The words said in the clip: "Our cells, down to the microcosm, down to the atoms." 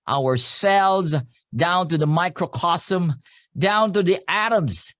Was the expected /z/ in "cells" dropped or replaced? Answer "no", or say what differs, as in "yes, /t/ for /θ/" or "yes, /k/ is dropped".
no